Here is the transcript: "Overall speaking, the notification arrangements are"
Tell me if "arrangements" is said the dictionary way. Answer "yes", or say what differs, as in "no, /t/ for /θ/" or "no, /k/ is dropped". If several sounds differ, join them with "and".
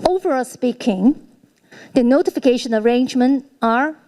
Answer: no, /s/ is dropped